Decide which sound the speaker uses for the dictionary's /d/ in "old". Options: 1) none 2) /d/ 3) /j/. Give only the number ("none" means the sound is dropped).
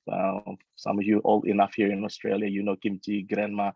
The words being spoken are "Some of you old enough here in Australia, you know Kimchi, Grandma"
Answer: 1